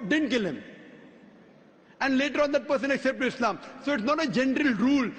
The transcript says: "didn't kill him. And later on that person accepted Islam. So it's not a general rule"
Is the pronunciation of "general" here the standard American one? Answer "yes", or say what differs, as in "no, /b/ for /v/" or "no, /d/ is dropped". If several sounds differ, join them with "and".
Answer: yes